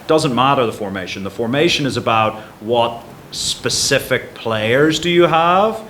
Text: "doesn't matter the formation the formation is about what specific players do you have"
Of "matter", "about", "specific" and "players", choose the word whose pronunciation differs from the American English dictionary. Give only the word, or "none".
none